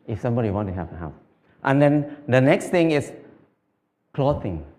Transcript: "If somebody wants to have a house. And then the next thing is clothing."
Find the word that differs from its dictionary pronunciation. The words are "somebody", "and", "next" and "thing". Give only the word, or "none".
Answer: thing